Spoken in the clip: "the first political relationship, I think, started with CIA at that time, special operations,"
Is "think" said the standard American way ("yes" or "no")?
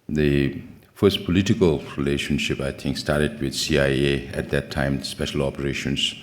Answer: no